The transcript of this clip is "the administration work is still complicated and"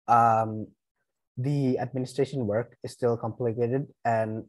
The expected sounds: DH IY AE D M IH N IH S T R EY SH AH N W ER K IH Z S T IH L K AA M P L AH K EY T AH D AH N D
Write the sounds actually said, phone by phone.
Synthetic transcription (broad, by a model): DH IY AE D M IH N IH S T R EY SH AH N W ER K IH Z S T IH L K AA M P L AH K EY T AH D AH N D